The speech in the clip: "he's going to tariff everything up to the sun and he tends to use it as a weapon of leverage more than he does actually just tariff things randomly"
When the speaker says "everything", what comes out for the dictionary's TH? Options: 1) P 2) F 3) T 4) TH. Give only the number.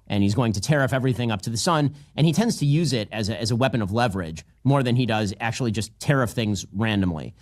4